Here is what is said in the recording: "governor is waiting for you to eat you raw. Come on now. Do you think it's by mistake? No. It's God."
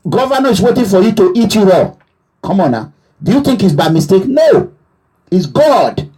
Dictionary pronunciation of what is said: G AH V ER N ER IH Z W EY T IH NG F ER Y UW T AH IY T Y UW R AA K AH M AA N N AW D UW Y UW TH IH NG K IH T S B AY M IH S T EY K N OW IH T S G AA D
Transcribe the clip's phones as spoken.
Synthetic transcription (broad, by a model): G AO V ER N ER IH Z W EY T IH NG F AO Y UW T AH IY T Y UW W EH K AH M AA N N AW D UW Y UW TH IH NG K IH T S B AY M IH S T EY K N OW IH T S G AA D